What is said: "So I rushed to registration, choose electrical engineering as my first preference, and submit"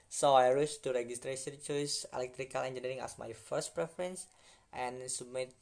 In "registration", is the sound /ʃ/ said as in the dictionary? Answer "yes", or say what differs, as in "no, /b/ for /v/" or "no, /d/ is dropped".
no, /s/ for /ʃ/